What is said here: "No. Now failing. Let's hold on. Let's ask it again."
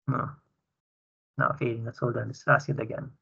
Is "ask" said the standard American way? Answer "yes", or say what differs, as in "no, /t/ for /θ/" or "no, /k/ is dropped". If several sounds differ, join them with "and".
no, /k/ is dropped